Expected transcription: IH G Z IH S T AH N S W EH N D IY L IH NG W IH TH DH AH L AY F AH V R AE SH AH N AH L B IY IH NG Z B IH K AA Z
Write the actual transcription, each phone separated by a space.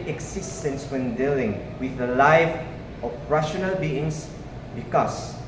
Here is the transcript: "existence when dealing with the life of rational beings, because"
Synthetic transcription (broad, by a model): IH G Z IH S T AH N S W EH N D IY L IH NG W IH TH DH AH L AY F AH P R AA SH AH N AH L B IY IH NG S B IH K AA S